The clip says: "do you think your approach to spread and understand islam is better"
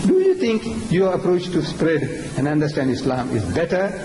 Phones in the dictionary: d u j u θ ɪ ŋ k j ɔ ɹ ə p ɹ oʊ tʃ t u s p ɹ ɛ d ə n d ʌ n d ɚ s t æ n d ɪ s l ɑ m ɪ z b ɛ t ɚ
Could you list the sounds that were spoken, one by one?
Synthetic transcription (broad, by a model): d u j u t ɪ ŋ k j ɔ ɹ ə p ɹ oʊ tʃ t u s p ɹ ɛ d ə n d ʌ n d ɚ s t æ n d ɪ s l ɑ m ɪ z b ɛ t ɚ